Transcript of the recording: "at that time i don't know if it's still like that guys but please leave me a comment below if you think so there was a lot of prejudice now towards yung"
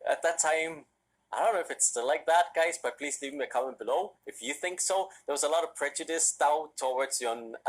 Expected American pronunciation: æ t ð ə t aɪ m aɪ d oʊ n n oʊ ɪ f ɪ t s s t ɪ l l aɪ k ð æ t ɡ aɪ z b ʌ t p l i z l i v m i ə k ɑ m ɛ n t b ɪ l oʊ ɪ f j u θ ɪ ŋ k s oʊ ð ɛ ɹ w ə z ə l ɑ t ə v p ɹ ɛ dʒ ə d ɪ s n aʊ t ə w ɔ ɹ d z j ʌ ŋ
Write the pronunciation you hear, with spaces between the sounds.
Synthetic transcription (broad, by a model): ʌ t ð ə t aɪ m aɪ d oʊ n n oʊ ɪ f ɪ t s s t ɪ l l aɪ k ð æ t ɡ aɪ z b ʌ t p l i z l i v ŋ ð ə k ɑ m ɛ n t b ɪ l oʊ ɪ f j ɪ θ ɪ ŋ k s oʊ ð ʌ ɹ w ə z ə l ɑ t ə v p ɹ ɛ dʒ ə d ɪ s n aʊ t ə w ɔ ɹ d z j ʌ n